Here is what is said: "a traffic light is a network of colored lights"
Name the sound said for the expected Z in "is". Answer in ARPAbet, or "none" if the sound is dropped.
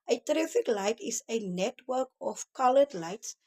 S